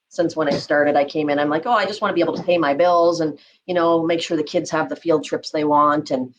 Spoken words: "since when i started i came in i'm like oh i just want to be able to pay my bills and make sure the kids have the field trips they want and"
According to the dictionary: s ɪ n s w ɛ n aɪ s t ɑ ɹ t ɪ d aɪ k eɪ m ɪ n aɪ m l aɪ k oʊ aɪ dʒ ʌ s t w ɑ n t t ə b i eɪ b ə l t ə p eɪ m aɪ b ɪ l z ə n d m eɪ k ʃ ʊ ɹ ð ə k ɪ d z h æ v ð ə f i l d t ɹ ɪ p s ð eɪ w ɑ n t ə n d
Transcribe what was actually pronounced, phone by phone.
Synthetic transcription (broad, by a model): s ɪ n s w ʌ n aɪ s t ɑ ɹ t ɪ d aɪ k eɪ m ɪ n aɪ m l aɪ k oʊ aɪ dʒ ʌ s t w ɑ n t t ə b i eɪ b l t ə p eɪ m aɪ b ɪ l z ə n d m eɪ k ʃ ʊ ɹ ð ə k ɪ d z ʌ v ð ə f i l d t ɹ ɪ p s ð eɪ w ɑ n t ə n